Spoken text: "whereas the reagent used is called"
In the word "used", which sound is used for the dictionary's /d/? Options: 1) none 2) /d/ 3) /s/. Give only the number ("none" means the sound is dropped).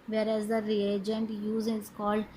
1